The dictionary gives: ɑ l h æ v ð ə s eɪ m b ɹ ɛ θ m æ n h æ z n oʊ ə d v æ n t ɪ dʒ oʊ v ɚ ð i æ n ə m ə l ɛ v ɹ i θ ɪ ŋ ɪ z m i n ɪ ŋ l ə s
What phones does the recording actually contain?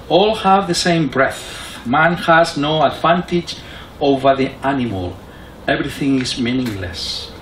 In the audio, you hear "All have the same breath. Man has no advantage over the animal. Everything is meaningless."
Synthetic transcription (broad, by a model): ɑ l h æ v ð ə s eɪ m b ɹ ɛ θ m æ n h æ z n oʊ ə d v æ n t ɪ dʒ oʊ v ɚ ð i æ n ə m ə l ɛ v ɹ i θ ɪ ŋ ɪ z m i n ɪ ŋ l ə s